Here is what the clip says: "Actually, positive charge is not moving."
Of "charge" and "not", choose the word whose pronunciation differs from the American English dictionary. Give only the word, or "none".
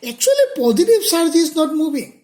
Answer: charge